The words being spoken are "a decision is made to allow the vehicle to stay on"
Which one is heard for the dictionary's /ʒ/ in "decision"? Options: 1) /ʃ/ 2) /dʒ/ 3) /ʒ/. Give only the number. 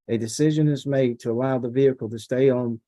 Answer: 3